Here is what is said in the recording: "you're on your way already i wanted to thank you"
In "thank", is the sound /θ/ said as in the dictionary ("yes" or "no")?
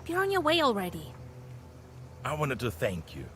yes